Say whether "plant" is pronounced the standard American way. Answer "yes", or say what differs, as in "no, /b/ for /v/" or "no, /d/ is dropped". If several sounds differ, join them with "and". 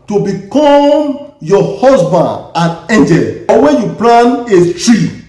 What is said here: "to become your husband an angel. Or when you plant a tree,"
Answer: no, /t/ is dropped